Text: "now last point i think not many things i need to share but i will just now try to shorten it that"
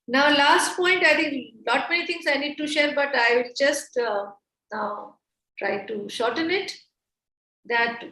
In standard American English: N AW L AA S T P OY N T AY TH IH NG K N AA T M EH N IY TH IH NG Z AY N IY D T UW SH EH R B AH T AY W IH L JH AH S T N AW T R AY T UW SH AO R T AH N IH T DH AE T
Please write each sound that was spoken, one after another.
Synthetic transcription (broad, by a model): N AW L AA S T P OY N T AY T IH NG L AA T M EH N IY T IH NG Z AY N IY D T UW SH EH R B AH T AY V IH L JH AH S T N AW T R AY T UW SH AO R T AH N IH T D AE T